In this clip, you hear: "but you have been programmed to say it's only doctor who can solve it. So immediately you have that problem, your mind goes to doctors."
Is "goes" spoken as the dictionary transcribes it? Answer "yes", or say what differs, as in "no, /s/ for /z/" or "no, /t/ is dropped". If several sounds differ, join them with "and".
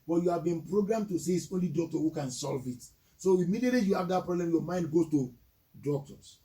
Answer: no, /z/ is dropped